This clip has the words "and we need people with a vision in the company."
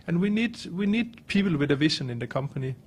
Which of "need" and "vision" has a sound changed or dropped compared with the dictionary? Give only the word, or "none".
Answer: vision